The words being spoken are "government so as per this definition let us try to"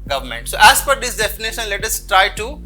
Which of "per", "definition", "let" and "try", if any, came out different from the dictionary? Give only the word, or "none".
per